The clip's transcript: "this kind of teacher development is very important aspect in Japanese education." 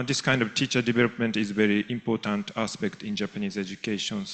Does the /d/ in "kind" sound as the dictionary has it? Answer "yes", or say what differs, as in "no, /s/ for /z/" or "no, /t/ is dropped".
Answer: yes